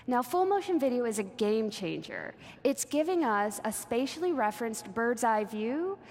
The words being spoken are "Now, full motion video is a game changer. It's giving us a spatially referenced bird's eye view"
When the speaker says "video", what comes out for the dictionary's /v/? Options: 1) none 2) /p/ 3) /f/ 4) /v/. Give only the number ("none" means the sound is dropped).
4